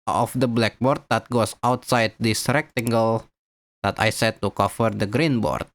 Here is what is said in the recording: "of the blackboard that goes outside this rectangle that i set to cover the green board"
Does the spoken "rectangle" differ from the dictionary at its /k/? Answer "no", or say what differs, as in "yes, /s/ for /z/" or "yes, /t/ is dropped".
no